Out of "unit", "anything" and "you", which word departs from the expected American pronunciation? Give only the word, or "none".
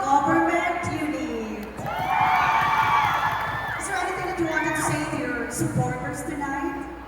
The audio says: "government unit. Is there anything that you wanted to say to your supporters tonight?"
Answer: anything